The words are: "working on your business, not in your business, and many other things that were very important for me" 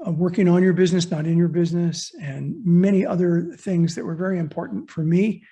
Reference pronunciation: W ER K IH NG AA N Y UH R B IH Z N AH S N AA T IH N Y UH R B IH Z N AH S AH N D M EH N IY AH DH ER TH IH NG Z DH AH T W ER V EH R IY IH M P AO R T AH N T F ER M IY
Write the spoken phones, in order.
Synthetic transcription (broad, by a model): W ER K IH NG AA N Y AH R B IH Z N AH S N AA T IH N Y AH R B IH Z N AH S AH N M EH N IY AH DH ER TH IH NG Z DH AH T W ER V EH R IY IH M P AO R T N T F ER M IY